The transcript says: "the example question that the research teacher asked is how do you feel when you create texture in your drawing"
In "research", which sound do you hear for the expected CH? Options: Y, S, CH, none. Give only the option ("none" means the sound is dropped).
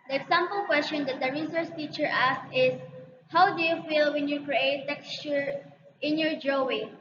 S